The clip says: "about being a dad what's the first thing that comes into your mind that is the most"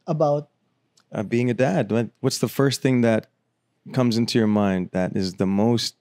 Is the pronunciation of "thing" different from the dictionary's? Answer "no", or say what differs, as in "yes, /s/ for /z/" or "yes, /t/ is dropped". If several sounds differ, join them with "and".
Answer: no